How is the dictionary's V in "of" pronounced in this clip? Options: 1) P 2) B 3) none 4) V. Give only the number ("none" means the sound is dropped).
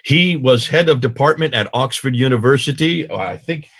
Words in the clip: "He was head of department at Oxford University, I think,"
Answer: 4